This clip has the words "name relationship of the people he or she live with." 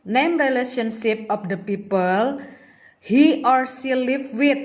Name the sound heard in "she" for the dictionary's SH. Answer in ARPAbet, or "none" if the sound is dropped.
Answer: S